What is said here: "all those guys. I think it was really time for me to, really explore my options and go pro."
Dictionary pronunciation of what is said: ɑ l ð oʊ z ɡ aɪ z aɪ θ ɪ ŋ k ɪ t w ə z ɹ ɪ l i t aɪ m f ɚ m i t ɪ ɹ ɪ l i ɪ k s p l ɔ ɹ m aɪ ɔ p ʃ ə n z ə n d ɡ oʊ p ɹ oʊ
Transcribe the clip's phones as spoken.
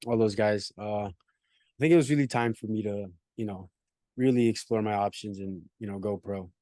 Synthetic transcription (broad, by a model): ɑ l ð oʊ z ɡ aɪ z aɪ θ ɪ ŋ k ɪ t w ə z ɹ ɪ l i t aɪ m f ɚ m i t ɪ ɹ ɪ l i ɪ k s p l ɔ ɹ m aɪ ɔ p ʃ ə n z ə n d ɡ oʊ p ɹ oʊ